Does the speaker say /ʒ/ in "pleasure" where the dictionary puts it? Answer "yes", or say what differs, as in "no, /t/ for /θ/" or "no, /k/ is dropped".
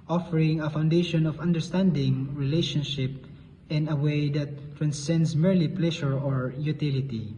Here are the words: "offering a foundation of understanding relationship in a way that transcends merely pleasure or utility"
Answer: no, /ʃ/ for /ʒ/